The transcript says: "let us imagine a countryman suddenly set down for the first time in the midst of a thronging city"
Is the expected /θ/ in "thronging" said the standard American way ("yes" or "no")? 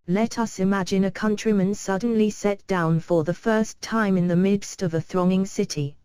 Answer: yes